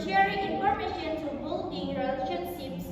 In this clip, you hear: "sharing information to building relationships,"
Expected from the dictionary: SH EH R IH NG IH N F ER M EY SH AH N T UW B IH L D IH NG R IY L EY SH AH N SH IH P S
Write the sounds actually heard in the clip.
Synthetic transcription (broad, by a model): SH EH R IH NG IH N P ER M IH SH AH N T UW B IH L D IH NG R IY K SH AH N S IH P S